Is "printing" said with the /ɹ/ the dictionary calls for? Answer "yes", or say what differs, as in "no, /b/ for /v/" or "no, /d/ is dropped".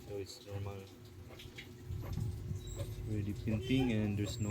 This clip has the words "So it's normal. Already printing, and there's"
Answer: no, /ɹ/ is dropped